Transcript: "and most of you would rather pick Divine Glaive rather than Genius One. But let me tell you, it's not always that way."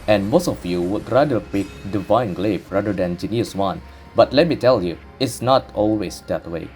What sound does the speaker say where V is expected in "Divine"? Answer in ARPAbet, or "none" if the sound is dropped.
V